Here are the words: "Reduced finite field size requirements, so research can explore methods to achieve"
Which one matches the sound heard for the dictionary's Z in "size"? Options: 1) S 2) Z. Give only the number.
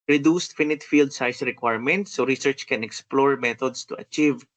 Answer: 1